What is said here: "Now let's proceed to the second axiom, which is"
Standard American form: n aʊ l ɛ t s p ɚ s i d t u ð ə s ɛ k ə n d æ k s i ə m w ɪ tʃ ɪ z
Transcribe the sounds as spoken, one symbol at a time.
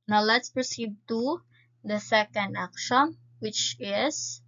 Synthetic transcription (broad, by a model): n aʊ l ɛ t s p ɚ s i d t u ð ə s ɛ k ə n d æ k ʃ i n w ɪ tʃ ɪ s